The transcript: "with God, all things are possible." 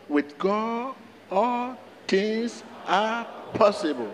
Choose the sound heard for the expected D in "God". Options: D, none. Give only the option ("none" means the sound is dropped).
none